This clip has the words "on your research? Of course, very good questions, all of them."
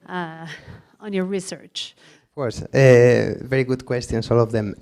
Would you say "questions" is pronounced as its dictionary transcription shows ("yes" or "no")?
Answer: no